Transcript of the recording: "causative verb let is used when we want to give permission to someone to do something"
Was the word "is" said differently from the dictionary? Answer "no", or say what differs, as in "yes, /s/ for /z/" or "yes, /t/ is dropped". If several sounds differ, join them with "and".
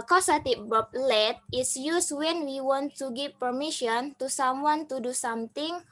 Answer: yes, /s/ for /z/